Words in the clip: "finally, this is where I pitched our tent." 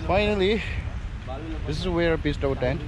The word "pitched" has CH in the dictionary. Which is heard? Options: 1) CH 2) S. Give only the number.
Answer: 2